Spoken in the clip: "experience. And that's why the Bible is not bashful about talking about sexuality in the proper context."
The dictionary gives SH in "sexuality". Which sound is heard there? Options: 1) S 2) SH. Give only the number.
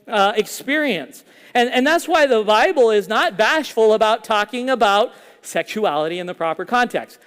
2